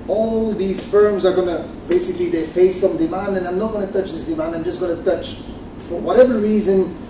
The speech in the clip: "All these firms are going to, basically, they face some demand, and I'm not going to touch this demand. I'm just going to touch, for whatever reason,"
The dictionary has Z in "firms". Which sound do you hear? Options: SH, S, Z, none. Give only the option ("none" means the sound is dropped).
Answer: Z